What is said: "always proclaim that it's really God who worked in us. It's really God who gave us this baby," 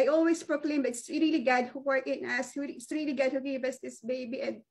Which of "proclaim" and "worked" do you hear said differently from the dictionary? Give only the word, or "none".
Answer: worked